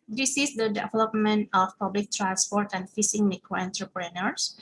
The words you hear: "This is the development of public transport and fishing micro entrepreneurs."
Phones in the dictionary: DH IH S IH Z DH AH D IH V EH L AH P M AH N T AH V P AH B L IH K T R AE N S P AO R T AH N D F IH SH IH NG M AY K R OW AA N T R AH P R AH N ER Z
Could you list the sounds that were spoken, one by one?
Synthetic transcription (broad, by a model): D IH S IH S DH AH D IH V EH L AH P M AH N T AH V P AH B L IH K T R AE N S P AO R T AH N D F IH S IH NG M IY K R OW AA N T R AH P R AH N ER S